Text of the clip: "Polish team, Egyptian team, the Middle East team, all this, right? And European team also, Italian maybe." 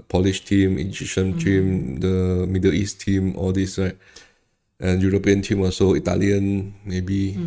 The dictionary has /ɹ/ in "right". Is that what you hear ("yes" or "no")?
no